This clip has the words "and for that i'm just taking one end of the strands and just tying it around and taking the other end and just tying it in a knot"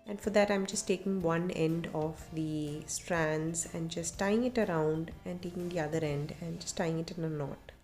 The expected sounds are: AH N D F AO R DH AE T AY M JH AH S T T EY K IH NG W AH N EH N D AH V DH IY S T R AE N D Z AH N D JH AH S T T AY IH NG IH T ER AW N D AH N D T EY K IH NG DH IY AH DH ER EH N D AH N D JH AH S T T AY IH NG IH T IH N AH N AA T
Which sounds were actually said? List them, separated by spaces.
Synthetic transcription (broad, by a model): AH N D F AO R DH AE T AY M JH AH S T T EY K IH NG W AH N EH N D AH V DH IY S T R AE N D Z AH N D JH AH S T T AY IH NG IH T ER AW N D AH N D T EY K IH NG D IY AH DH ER EH N D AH N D JH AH S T T AY IH NG IH T IH N AH N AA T